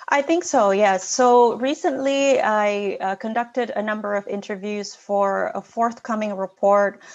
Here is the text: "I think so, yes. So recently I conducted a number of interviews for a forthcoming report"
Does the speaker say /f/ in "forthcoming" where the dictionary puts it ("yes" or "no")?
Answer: yes